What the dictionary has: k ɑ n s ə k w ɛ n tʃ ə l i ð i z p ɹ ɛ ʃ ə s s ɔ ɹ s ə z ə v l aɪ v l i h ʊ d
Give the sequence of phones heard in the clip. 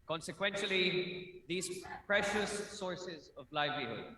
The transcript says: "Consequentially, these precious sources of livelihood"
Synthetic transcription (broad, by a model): k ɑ n s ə k w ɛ n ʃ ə l i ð i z p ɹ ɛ ʃ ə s s ɔ ɹ s ə z ə v l aɪ v l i h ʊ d